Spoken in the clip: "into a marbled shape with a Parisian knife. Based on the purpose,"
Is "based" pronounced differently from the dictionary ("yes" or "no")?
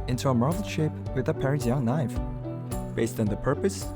no